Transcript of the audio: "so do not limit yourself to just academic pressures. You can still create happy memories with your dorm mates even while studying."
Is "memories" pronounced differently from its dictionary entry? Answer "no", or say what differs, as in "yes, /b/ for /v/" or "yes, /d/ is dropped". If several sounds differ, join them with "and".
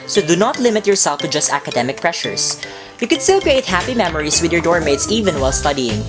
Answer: yes, /s/ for /z/